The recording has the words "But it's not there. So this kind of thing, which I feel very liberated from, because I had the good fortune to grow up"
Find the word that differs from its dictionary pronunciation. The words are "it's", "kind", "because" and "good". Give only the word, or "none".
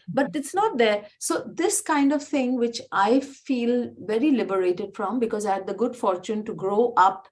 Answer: none